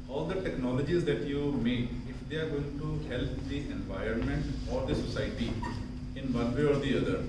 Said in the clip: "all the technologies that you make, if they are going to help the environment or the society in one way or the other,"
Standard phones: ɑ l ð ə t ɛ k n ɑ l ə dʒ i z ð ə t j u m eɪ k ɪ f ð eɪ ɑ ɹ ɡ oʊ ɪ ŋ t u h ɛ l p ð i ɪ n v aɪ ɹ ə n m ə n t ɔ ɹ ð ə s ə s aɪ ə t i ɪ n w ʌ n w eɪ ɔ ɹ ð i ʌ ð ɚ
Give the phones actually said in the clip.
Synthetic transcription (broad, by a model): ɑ l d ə t ɛ k n ɑ l ə dʒ i z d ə t j u m eɪ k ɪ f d eɪ ɑ ɹ ɡ oʊ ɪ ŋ t u h ɛ l p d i ɪ n v aɪ ɹ ə n m ə n t ɔ ɹ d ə s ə s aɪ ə t i ɪ n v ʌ n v eɪ ɔ ɹ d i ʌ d ɚ